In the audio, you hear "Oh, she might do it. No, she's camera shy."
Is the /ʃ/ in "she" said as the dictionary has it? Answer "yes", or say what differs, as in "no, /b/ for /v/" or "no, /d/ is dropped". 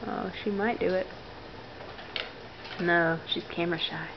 yes